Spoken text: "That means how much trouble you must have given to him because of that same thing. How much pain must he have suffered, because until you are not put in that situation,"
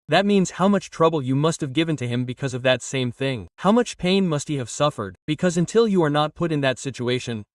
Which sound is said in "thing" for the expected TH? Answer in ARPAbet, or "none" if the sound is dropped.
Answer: TH